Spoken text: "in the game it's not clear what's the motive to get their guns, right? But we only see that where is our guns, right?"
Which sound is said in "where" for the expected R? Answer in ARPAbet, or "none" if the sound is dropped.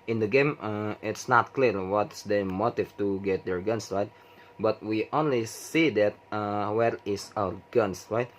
R